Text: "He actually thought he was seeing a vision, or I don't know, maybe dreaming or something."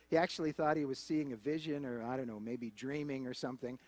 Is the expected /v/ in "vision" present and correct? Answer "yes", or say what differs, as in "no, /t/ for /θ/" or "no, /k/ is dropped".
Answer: yes